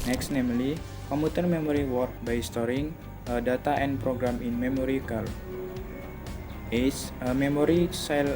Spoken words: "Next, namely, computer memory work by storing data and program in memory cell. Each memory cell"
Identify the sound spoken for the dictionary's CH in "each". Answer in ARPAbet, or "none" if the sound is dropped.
S